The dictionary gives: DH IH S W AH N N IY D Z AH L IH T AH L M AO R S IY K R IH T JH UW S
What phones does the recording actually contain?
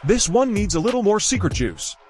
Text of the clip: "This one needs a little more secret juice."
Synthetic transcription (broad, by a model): DH IH S W AH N N IY D Z AH L IH T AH L M AO R S IY K R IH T UW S